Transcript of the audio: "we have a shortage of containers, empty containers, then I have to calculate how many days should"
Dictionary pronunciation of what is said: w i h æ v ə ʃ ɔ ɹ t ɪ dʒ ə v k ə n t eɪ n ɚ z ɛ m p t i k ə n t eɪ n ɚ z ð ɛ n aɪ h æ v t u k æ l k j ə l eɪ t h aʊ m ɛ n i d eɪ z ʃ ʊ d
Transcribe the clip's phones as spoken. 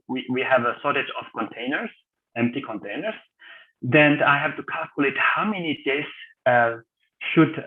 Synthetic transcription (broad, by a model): w i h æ v ə s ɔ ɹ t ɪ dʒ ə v k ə n t eɪ n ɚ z ɛ m p t i k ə n t eɪ n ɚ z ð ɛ n aɪ h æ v t u k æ l k j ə l eɪ t h aʊ m ɛ n i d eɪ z ʃ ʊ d